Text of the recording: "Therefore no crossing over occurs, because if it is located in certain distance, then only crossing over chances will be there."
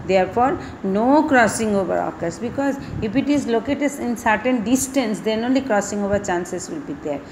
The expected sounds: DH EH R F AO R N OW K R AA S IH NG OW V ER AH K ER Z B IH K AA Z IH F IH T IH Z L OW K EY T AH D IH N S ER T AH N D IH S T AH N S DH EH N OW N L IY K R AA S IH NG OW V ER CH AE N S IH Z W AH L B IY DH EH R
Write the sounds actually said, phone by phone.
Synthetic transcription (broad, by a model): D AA R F AO R N OW K R AA S IH NG OW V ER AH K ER S B IH K AA Z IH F IH T IH Z L OW K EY T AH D IH N S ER T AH N D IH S T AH N S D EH N OW N L IY K R AA S IH NG OW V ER CH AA N S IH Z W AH L B IY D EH R